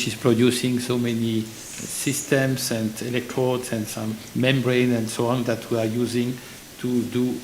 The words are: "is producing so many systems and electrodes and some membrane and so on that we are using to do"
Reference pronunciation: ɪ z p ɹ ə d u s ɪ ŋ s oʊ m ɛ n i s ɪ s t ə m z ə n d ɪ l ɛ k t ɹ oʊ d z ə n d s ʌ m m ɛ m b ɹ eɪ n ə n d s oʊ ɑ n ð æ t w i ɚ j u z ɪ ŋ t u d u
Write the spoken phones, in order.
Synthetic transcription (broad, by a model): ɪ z p ɹ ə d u s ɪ ŋ s oʊ m ɛ n i s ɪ s t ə m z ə n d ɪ l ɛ k t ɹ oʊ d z ə n d s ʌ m m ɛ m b ɹ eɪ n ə n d s oʊ ɑ n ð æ t w i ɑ j u z ɪ ŋ t u d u